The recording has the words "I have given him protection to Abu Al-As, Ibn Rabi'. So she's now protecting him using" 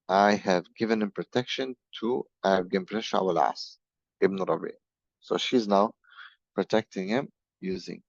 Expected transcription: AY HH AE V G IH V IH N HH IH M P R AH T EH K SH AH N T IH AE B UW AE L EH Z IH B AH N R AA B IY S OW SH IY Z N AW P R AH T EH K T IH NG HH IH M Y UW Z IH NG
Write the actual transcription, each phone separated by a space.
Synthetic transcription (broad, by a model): AY HH AE V G IH V IH N HH IH M P R AH T EH K SH AH N T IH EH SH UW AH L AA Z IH B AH R AA B IY S OW SH IY Z N AW P R AH T EH K T IH NG HH IH M Y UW Z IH NG